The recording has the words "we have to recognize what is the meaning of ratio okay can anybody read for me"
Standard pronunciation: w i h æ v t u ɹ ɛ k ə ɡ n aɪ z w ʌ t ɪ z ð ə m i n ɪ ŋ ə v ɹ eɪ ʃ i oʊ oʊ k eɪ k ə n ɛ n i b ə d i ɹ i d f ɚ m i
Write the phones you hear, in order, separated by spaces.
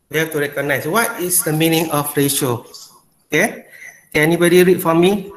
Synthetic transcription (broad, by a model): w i h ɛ f t u ɹ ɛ k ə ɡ n aɪ s w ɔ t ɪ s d ə m i n ɪ ŋ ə f ɹ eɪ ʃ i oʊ oʊ k eɪ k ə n ɛ n i b ə d i ɹ i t f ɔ m i